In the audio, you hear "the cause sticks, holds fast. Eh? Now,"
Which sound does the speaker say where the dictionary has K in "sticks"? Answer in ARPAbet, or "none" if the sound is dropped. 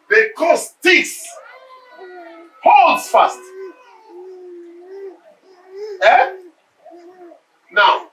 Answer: none